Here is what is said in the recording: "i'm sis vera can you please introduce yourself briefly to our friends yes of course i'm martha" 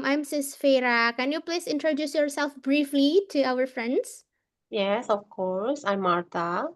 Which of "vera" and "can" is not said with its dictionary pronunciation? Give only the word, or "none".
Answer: vera